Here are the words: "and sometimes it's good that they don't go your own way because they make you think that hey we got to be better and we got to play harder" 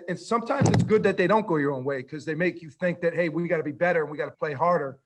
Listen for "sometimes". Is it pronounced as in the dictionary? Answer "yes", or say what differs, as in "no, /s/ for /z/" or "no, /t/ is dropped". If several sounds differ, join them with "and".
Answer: yes